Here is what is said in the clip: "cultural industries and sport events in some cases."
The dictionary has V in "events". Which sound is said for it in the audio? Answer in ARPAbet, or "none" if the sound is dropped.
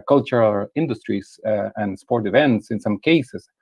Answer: V